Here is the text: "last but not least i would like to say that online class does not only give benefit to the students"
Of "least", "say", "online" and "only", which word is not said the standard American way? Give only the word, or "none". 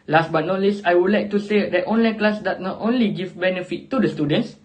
least